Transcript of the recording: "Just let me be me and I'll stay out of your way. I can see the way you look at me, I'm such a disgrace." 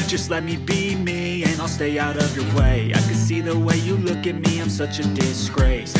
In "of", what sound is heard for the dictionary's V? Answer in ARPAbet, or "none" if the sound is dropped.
V